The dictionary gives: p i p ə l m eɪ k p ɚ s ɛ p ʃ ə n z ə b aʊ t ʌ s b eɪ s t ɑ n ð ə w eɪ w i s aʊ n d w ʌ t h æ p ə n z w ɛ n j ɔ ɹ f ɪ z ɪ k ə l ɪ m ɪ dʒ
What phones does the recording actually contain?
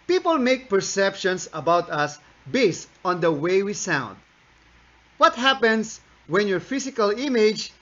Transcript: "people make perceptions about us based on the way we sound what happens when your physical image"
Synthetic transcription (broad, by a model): p i p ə l m eɪ k p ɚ s ɛ p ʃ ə n s ə b aʊ t ʌ s b eɪ s t ɑ n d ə w eɪ w i s aʊ n d w ʌ t h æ p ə n s w ɛ n j ɔ ɹ f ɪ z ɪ k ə l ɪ m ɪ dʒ